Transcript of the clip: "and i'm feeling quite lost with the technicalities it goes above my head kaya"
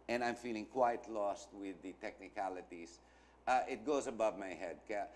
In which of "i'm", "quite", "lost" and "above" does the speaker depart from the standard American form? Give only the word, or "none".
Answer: none